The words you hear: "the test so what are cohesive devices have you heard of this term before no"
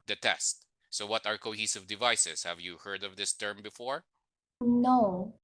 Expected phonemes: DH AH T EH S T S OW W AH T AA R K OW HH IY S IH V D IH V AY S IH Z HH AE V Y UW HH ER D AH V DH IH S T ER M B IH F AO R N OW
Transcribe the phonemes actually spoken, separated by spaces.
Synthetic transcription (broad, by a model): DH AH T EH S T S OW W AH T AA R K OW HH IY S IH V D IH V AY S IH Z HH AE V Y UW HH ER D AH V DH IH S T ER M B IH F AO R N OW